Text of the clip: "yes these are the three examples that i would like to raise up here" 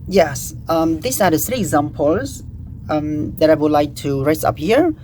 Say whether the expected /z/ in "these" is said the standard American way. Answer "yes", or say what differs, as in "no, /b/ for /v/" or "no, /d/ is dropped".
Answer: no, /s/ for /z/